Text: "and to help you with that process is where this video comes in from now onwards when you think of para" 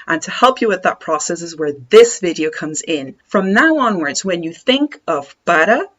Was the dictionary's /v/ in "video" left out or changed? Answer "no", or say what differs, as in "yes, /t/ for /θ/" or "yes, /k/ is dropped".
no